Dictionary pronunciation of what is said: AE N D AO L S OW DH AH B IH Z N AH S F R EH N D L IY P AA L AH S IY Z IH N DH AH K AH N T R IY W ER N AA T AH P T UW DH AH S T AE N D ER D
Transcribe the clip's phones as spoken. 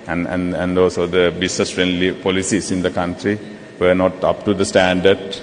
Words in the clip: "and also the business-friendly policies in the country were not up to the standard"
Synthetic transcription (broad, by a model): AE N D AO S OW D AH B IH S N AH S F R EH N D L IY P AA L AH S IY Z IH N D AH K AH N T R IY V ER N AA T AH P T UW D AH S T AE N D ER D